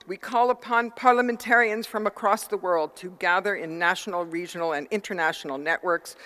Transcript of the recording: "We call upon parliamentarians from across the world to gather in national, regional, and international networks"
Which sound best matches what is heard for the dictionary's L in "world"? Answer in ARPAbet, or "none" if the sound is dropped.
L